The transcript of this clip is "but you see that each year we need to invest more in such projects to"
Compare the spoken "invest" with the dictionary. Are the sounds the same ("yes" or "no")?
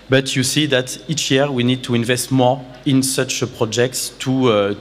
yes